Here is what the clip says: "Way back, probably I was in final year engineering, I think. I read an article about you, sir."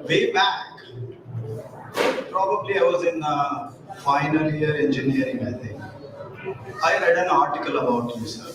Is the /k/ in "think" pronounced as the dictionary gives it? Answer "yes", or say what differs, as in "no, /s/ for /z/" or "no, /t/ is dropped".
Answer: no, /k/ is dropped